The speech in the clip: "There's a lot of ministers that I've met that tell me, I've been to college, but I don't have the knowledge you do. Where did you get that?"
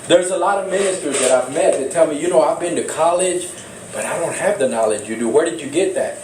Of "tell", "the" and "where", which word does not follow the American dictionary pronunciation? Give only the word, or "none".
none